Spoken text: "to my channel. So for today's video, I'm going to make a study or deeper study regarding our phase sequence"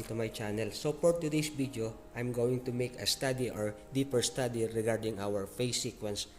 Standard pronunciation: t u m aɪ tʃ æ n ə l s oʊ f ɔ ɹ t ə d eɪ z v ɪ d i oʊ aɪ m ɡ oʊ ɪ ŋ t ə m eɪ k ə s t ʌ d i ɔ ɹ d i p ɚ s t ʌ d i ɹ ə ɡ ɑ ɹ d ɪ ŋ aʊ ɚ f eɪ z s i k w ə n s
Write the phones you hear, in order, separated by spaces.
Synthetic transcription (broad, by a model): t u m aɪ tʃ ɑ n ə l s oʊ p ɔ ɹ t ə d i s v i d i oʊ aɪ m ɡ oʊ ɪ ŋ t ə m eɪ k ə s t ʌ d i ɔ ɹ d i p ɚ s t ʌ d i ɹ ə ɡ ɑ ɹ d ɪ ŋ aʊ ɚ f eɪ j s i k w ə n s